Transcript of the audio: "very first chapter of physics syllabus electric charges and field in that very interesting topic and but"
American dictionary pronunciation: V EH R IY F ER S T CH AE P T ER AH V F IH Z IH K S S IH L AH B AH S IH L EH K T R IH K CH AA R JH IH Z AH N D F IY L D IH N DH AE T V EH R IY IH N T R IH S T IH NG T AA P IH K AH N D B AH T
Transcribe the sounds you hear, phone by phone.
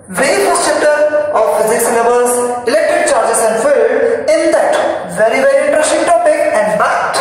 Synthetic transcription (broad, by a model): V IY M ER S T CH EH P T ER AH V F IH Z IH K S S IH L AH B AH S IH L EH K T IH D CH AA R JH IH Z AH N D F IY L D IH N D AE T V EH R IY IH N T R IH S T IH NG T AA P IH K AH N D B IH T